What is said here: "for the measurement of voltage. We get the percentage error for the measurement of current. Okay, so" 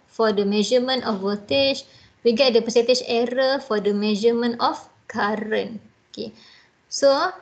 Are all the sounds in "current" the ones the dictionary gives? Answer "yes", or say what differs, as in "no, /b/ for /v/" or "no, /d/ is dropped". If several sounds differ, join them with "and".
no, /t/ is dropped